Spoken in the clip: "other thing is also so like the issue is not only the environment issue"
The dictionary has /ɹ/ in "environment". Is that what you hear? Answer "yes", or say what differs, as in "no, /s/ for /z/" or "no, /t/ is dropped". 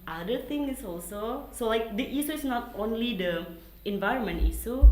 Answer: yes